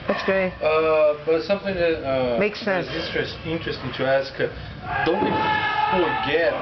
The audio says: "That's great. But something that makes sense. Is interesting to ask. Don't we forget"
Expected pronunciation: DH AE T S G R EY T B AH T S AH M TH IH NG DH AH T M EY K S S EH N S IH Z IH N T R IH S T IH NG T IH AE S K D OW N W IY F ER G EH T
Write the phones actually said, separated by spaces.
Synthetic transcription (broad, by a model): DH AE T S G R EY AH B AH T S AH M TH IH NG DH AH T M EY K S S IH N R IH S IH N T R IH S T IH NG T IH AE S K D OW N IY F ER G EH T